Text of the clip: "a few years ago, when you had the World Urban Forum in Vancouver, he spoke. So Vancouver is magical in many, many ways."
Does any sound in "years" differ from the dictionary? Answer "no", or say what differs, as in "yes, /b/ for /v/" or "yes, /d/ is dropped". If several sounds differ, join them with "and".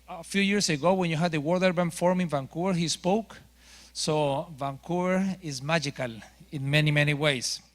yes, /s/ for /z/